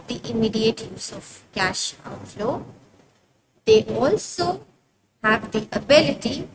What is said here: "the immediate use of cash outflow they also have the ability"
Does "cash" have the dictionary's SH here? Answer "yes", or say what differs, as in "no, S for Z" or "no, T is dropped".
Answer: yes